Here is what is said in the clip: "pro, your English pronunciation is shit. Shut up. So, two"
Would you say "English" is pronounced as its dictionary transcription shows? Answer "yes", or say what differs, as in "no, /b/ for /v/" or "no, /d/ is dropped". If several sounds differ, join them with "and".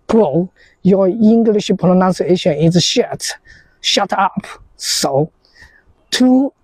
yes